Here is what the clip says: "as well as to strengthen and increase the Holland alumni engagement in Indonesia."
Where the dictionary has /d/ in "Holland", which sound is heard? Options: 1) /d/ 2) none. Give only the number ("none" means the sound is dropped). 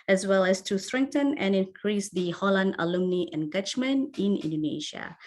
1